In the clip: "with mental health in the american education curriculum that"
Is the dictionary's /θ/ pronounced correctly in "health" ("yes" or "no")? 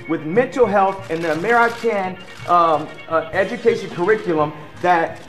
yes